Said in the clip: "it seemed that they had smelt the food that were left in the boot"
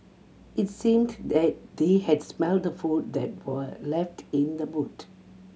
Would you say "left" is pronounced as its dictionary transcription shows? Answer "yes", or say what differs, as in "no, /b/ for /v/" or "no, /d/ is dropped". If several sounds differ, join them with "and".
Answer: yes